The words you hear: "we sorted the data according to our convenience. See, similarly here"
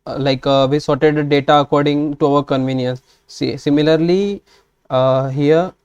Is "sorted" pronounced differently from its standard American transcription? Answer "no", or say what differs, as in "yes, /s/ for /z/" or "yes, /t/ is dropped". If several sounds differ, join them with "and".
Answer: no